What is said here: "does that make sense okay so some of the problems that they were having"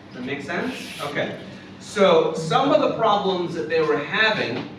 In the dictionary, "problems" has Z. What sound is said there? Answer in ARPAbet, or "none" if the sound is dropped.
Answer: Z